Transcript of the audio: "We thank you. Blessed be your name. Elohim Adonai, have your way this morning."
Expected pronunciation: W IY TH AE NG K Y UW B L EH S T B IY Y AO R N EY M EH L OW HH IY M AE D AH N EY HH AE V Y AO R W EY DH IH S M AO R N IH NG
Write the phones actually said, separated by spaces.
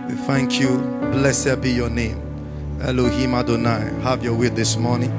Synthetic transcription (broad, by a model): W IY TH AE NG K Y UW B L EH S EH B IY Y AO N EY M EH L OW HH IY M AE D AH N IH HH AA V Y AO W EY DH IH S M AO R N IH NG